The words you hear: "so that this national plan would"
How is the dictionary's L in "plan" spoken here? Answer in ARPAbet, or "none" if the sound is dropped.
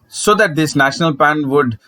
none